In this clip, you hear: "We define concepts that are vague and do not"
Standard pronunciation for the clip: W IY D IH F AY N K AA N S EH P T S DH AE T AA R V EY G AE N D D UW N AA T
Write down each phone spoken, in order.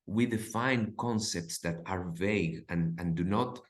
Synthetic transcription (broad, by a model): W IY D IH F AY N K AA N S EH P T S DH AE T AA R V EY G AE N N D UW N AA T